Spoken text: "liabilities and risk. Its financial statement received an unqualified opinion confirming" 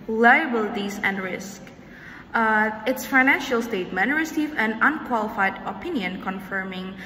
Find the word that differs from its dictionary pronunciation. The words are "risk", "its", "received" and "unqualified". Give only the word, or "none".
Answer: received